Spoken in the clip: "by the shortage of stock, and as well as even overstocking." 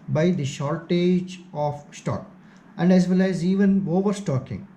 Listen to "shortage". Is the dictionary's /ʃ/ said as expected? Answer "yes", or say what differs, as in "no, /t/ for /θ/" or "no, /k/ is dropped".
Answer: yes